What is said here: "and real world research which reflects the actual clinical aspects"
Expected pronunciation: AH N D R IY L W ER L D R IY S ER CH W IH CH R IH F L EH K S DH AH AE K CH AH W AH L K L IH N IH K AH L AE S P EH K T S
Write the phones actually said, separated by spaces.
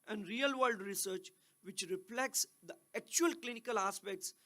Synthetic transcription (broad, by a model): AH N D R IY L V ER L D R IY S ER CH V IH CH R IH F L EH K S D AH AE K CH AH AH L K L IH N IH K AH L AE S P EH K T S